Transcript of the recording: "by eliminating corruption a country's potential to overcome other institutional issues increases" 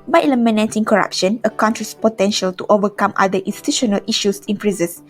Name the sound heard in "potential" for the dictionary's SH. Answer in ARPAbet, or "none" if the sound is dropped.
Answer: SH